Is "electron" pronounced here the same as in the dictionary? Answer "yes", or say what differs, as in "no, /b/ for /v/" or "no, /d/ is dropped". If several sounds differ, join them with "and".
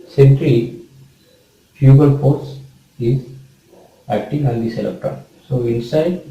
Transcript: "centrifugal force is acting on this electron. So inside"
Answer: no, /ɹ/ is dropped